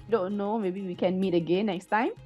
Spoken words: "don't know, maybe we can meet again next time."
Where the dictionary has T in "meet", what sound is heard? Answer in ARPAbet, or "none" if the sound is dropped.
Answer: T